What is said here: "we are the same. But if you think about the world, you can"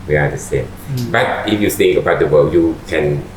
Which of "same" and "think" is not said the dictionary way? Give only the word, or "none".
think